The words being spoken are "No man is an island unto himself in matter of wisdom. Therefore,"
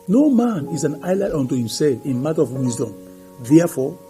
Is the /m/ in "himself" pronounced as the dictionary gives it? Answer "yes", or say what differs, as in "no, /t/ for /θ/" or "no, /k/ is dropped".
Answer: yes